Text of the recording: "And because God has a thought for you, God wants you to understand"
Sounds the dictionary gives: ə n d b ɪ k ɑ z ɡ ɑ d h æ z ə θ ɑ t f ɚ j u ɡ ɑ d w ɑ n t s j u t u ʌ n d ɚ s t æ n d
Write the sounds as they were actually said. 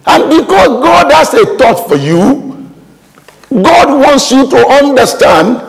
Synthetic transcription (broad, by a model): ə n b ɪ k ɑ s ɡ ɑ d h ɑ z ə t ɑ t f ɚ j u ɡ ɑ d w ɑ n t s j u t u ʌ n d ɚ s t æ n d